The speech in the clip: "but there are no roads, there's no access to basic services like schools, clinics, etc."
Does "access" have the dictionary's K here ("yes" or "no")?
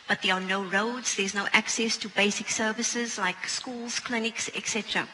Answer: yes